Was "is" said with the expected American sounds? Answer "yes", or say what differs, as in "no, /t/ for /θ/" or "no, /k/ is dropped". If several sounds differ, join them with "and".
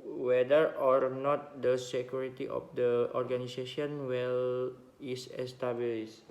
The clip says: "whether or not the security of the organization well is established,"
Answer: no, /s/ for /z/